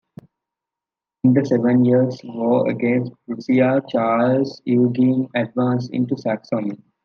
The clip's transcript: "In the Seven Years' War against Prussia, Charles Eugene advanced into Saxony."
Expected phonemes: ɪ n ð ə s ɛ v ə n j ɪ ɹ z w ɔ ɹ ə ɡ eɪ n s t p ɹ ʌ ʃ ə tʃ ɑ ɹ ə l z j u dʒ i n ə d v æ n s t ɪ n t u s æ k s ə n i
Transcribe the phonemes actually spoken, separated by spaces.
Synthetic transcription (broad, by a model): ɪ n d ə s ɛ v ə n j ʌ ɹ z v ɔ ə ɡ eɪ n s t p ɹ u s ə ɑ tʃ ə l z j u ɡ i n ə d v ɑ n s ɪ n t u s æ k s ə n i